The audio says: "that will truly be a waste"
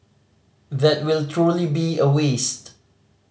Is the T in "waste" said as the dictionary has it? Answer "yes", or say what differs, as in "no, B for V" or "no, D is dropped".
yes